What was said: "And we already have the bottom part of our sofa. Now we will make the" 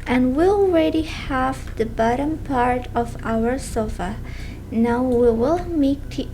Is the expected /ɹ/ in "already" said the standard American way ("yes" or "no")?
yes